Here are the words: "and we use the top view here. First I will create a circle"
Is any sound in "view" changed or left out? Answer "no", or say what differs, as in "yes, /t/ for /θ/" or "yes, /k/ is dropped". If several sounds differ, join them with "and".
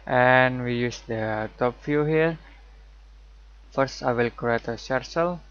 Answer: yes, /f/ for /v/